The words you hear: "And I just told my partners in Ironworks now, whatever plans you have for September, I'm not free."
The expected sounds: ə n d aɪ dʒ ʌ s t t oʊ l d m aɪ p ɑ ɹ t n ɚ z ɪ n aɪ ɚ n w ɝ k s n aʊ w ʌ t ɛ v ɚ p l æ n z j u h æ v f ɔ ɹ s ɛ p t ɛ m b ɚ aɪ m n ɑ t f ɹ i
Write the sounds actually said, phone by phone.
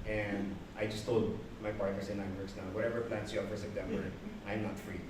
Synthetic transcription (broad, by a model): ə n d aɪ dʒ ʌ s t t oʊ l d m aɪ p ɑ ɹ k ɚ s ɪ n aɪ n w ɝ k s n aʊ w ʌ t ɛ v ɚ p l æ n s j u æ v f ɔ ɹ s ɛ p t ɛ m b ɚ aɪ m n ɑ t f ɹ i